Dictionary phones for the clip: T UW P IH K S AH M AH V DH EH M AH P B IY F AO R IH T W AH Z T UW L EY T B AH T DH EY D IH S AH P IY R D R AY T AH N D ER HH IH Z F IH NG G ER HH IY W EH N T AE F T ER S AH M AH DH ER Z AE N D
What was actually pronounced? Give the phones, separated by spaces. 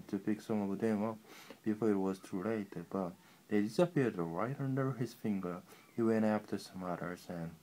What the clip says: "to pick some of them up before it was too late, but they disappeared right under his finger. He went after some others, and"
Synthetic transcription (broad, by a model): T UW P IH K S AH M AH V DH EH M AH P B IY F AO R IH T W AH Z T UW L EY T B AH T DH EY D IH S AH P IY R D R AY T AH N D ER HH IH Z F IH NG G ER HH IY W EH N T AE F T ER S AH M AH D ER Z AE N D